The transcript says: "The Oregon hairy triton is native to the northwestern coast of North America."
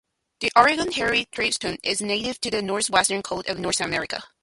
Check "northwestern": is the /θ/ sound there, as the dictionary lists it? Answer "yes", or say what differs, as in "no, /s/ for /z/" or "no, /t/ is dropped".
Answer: yes